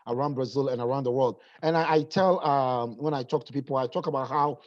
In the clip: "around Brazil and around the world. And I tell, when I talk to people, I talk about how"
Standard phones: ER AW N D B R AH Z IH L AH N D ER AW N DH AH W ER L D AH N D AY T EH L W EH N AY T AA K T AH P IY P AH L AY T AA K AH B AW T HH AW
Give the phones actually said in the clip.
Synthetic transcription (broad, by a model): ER AW N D B R AH Z IH L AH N ER AW N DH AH W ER L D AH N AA AY T EH L W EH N AY T AA K T AH P IY P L AY T AA K AH B AW T HH AW